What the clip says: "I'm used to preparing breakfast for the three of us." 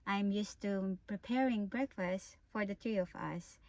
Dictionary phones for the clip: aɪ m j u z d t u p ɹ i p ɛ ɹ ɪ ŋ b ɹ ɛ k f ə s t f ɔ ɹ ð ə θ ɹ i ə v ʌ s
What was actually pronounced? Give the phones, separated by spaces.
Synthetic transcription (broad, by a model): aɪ m j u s t u p ɹ i p ɛ ɹ ɪ ŋ b ɹ ɛ k f ə s t f ɔ ɹ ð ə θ ɹ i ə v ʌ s